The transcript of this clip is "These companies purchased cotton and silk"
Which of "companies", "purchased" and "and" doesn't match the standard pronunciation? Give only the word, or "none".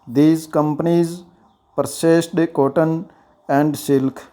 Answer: purchased